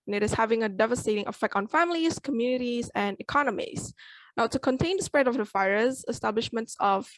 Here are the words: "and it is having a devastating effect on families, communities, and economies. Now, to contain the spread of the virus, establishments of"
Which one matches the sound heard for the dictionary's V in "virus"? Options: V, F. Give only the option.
F